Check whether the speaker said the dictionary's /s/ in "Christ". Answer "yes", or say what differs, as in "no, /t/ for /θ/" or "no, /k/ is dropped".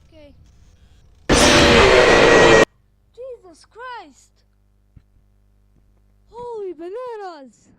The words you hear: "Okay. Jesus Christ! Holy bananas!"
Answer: yes